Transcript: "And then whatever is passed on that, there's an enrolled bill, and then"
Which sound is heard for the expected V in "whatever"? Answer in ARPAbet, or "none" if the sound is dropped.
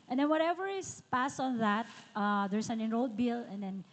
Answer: V